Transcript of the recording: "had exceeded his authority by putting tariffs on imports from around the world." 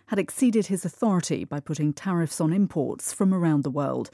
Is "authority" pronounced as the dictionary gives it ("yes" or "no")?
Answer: yes